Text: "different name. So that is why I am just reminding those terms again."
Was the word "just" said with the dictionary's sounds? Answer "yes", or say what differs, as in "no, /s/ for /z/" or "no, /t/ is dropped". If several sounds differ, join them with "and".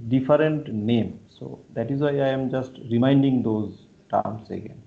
yes